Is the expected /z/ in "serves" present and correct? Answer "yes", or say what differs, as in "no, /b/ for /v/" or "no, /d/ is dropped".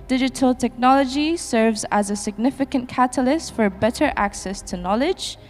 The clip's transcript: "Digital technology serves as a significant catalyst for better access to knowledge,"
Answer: yes